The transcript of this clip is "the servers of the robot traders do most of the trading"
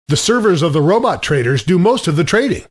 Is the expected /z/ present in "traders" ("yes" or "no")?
yes